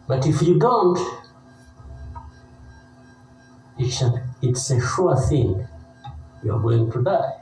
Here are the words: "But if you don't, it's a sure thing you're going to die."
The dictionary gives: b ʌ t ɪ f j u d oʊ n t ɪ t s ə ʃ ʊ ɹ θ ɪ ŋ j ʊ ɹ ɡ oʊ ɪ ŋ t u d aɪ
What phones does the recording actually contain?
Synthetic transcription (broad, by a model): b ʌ t ɪ f j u d oʊ n t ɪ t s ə s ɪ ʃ θ ɪ ŋ j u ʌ ɡ oʊ ɪ ŋ t u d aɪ